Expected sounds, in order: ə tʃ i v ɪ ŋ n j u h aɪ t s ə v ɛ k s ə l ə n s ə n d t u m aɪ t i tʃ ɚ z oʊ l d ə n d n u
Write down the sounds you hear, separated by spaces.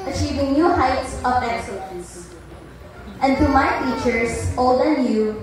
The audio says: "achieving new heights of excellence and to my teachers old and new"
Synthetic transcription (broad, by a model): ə tʃ i v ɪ ŋ n j u h aɪ t s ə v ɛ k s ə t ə s ə n d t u m aɪ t i tʃ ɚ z oʊ l d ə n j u